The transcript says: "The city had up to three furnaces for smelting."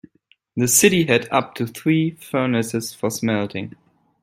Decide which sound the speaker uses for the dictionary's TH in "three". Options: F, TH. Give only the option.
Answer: TH